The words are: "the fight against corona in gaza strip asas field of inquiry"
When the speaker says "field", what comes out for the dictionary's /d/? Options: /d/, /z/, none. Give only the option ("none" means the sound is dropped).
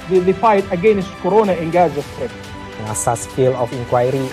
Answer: none